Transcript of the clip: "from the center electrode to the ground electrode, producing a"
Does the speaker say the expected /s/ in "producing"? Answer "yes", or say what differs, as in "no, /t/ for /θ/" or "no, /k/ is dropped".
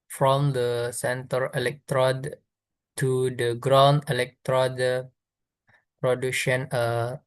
no, /ʃ/ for /s/